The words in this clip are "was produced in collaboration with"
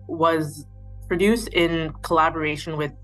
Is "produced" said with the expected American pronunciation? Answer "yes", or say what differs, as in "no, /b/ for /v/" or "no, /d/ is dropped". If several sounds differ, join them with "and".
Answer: yes